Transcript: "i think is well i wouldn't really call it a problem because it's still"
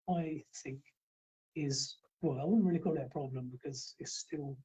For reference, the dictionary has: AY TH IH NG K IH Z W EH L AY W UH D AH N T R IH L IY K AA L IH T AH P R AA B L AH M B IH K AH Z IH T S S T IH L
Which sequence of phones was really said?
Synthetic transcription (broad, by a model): AY TH IH NG K IH Z W EH L AY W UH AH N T R IH L IY K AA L IH T P R AA B L AH M B IH K AH Z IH T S S T IH L